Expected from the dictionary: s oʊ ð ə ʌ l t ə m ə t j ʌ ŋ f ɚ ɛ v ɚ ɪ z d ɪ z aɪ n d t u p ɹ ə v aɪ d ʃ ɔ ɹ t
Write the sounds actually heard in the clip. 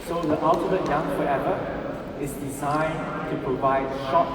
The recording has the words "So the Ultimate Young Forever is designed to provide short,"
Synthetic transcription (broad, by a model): s oʊ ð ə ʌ l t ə m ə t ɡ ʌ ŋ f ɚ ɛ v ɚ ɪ s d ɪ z aɪ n t u p ɹ ə v aɪ d ʃ ɔ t